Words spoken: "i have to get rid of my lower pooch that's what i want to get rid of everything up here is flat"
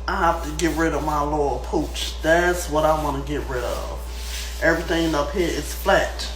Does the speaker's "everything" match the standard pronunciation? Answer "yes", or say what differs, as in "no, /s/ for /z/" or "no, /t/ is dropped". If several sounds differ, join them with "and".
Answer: yes